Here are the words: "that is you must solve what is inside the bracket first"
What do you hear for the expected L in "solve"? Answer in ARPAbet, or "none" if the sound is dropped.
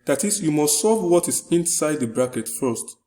none